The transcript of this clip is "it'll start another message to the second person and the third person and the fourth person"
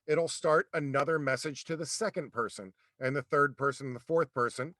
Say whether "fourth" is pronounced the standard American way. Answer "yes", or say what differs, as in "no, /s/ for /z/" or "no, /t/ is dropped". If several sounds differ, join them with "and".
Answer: yes